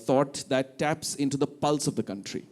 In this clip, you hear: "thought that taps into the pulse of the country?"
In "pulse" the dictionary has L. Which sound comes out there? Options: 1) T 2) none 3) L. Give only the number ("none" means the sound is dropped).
3